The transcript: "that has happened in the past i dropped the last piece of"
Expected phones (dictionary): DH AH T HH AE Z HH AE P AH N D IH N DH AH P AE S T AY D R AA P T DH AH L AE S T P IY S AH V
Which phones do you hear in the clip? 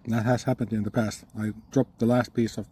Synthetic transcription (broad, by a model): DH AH T HH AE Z HH AE P AH N D IH N DH AH P AE S T AY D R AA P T DH AH L AE S T P IY S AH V